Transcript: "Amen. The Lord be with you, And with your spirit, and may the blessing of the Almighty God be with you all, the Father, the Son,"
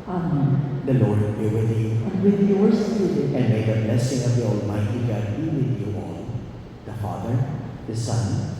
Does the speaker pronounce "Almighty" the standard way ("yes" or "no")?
yes